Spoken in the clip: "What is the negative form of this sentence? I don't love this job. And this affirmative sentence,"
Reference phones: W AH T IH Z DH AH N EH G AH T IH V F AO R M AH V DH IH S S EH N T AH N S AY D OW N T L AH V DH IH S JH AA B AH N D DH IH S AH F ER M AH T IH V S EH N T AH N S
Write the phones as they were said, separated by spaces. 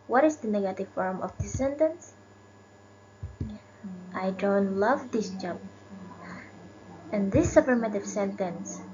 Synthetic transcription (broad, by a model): W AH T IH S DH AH N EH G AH T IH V F AO R M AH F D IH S S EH N T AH N S AY D OW N T L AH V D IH S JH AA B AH N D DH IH S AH P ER M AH T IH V S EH N T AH N S